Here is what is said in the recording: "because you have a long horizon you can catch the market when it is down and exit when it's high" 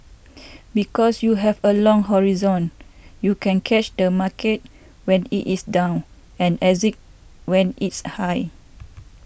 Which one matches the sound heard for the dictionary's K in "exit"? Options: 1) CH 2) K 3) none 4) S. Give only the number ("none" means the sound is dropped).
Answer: 3